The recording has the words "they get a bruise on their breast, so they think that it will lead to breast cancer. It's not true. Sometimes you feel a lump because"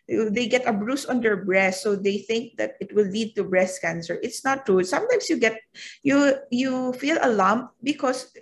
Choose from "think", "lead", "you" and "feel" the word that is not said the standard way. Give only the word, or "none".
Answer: none